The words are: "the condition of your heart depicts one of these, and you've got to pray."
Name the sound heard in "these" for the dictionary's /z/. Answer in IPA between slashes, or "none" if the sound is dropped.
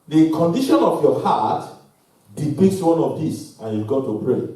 /s/